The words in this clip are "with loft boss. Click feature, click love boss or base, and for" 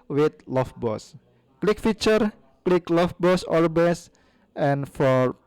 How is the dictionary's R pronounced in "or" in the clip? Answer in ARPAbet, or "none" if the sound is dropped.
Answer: L